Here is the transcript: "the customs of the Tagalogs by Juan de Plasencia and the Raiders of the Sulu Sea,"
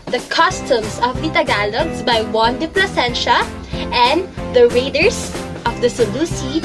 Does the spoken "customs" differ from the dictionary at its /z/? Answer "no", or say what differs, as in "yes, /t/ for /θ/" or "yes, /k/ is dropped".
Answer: yes, /s/ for /z/